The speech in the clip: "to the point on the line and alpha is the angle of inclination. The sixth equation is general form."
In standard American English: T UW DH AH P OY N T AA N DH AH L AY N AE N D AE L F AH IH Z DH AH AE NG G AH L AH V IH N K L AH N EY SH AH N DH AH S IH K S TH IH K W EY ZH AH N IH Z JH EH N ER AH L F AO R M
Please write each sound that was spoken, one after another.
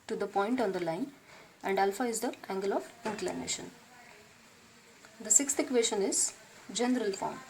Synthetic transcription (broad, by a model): T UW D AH P OY N T AA N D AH L AY N AE N D AE L F AH IH Z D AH AE NG G AH L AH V IH N K L AH N EY SH AH N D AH S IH K S T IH K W EY SH AH N IH Z JH EH N ER AH L F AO R M